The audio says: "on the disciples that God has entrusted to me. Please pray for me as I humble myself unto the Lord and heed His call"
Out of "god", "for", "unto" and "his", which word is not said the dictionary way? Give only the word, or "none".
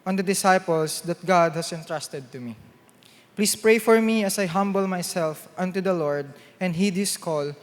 his